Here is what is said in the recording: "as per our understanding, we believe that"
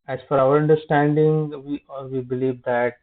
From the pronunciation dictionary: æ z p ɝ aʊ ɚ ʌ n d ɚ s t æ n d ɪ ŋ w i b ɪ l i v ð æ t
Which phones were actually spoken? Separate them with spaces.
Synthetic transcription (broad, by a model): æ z f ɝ aʊ ɚ ʌ n d ɚ s t æ n d ɪ ŋ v i b ɪ l i v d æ t